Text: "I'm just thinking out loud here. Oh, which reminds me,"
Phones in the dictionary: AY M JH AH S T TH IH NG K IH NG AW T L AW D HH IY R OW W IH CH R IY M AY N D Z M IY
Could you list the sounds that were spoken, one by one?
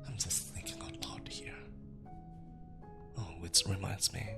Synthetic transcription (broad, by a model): AY M JH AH S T TH IH NG K IH NG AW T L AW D HH IY R OW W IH S R IY M AY N D Z M IY